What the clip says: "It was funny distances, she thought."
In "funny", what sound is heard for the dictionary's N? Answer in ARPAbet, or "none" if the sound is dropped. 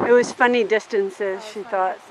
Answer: N